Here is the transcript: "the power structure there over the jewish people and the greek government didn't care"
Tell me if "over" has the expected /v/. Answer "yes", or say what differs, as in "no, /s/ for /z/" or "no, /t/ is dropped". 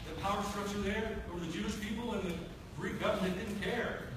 no, /v/ is dropped